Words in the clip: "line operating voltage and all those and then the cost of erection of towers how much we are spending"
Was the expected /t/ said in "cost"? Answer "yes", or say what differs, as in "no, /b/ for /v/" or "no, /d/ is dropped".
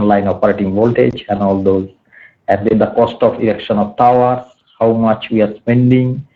yes